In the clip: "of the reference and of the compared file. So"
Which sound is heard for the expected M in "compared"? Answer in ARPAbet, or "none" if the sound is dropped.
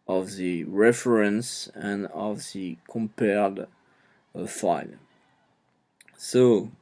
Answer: M